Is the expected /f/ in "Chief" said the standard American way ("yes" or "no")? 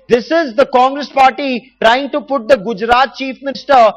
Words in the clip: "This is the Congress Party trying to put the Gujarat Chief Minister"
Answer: yes